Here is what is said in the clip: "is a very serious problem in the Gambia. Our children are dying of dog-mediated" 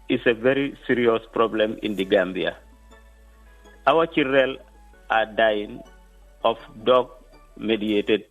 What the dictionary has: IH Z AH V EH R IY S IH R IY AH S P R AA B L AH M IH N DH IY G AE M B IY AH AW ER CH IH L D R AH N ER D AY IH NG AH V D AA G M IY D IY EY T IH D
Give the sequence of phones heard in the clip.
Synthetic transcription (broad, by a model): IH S AH V EH R IY S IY R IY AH S P R AA B L AH M IH N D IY G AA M B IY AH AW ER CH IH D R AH L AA D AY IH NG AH F D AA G M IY D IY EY T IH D